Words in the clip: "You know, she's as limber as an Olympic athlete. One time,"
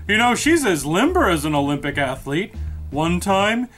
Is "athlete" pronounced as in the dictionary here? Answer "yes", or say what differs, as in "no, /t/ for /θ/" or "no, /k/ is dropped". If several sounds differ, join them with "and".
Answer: yes